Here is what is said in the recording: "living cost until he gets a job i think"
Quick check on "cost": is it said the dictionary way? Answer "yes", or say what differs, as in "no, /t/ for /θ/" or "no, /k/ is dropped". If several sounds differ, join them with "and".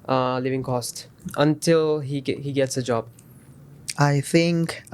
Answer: yes